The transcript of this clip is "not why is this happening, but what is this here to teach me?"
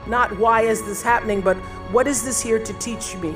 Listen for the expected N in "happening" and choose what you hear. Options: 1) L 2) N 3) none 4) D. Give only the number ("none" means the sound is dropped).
2